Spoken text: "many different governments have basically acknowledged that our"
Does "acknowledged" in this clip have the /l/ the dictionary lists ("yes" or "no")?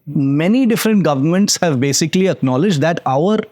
yes